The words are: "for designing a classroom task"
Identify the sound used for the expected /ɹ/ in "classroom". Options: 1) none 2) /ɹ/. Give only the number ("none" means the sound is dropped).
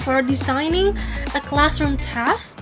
2